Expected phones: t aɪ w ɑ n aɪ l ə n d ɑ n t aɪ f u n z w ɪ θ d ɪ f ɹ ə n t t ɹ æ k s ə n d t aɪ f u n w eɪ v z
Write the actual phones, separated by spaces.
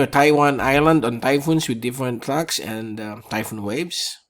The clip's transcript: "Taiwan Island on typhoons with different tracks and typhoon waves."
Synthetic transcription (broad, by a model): t aɪ w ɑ n aɪ l ə n d ɑ n t aɪ f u n s w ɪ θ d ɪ f ɹ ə n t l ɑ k s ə n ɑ t aɪ f u n w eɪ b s